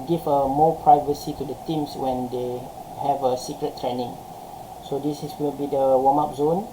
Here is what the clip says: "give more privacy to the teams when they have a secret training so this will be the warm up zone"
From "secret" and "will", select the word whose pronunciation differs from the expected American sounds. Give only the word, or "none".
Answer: will